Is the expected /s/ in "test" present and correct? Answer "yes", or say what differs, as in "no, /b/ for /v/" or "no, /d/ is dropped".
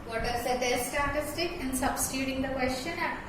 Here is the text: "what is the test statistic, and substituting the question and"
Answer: no, /s/ is dropped